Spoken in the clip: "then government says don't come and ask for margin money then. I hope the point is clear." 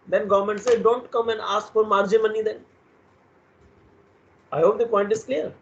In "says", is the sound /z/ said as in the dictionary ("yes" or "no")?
no